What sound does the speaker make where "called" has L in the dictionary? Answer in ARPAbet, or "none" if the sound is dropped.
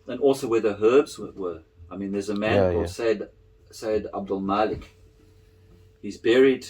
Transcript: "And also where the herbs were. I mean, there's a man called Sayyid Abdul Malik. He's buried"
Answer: none